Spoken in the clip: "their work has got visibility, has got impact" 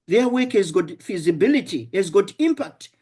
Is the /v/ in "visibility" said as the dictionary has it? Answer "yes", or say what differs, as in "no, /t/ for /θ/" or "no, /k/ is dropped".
no, /f/ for /v/